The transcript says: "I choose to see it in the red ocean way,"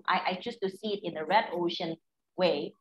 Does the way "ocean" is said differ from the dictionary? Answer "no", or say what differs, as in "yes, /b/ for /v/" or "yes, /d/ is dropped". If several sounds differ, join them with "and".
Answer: no